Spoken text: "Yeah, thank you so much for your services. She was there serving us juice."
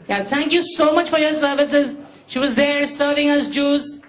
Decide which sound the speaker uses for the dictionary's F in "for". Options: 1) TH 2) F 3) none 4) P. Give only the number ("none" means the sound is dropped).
2